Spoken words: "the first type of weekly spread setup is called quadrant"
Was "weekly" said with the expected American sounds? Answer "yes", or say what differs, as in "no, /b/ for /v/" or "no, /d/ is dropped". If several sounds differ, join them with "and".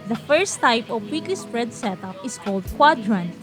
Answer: yes